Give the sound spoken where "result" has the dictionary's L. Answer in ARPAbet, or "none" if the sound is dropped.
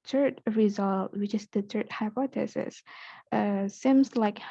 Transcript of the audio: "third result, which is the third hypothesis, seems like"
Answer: L